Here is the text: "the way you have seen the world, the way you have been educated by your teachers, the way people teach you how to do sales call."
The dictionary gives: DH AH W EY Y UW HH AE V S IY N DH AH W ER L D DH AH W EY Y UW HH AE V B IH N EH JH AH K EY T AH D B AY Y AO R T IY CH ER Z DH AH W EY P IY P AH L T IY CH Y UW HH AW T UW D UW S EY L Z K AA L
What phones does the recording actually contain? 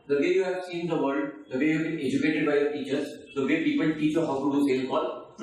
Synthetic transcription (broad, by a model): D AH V EY Y UW HH AE V S IY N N AH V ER L D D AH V EY Y UW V B IH N EH JH AH K EY T AH D B AY Y AO R T IY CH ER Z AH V EY P IY P AH L T IY CH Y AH HH AW T UW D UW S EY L K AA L